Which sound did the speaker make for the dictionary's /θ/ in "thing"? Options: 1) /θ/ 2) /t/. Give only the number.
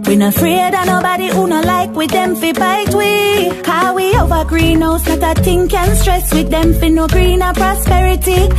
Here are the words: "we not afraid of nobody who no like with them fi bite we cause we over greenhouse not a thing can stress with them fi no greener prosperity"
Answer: 2